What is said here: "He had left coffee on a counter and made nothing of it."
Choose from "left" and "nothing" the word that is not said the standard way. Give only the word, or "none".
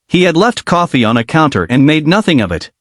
none